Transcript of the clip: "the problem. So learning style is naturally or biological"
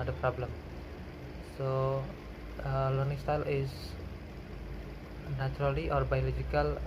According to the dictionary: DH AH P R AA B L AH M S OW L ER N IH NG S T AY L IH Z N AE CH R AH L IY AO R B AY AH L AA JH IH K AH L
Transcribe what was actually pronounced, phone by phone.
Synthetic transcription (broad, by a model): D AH P R AA B L AH M S OW L ER N IH NG S T AY L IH S N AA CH R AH L IY AO R B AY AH L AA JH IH K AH L